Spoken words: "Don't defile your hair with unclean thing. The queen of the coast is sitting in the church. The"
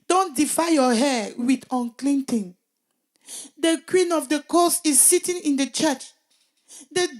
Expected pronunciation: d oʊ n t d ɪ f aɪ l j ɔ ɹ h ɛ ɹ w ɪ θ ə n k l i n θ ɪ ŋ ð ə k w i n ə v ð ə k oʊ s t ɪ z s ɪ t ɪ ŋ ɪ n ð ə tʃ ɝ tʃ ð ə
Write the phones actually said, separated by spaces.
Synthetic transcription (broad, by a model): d oʊ n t d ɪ f aɪ j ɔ h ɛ w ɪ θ ə n k l i n t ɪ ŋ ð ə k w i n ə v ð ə k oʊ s ɪ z s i t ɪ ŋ ɪ n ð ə tʃ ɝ tʃ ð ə